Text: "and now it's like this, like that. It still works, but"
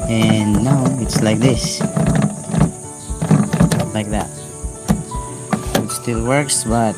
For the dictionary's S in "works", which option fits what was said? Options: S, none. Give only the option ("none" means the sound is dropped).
S